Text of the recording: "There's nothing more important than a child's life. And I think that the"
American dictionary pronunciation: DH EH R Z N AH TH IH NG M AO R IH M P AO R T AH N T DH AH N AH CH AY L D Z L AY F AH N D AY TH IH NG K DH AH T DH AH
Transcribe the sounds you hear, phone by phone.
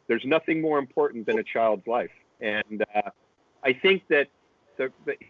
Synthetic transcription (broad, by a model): DH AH R Z N AH TH IH NG M AO R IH M P AO R T N DH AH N AH CH AY L D Z L AY F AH N AY TH IH NG K DH AH T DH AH